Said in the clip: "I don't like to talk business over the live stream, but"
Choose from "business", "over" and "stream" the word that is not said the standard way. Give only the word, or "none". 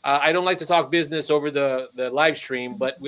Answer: none